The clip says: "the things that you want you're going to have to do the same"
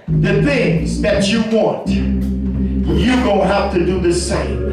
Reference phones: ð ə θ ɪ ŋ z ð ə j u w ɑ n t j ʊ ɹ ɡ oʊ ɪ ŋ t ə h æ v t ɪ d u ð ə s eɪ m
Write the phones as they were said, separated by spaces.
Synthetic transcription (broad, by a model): ð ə θ ɪ ŋ z ð ə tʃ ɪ w ɑ n t j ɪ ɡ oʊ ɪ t h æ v t ɪ d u ð ə s eɪ m